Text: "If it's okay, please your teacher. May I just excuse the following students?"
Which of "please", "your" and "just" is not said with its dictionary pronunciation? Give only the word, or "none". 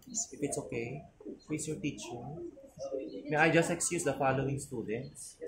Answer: please